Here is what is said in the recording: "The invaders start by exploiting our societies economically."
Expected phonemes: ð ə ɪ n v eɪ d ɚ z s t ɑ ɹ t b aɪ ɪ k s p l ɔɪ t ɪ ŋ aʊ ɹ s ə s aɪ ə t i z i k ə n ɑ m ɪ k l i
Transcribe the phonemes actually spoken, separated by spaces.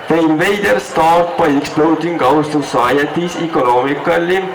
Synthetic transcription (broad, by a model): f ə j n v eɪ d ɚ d s t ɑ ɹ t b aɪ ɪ k s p l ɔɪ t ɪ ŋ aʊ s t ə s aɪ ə t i s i k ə n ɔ m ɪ k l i